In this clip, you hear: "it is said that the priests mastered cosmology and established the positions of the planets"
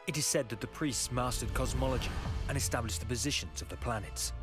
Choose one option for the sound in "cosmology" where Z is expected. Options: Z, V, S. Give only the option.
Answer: Z